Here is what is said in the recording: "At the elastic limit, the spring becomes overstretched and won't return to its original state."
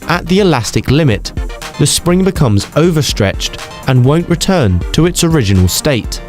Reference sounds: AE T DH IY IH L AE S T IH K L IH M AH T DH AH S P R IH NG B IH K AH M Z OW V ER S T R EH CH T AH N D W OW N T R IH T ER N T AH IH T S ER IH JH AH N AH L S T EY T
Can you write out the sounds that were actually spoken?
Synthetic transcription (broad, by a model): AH T DH IY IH L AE S T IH K L IH M AH T DH AH S P R IH NG B IH K AH M Z OW V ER S T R EH CH T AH N W OW N T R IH T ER N T AH IH T S ER IH JH AH N AH L S T EY T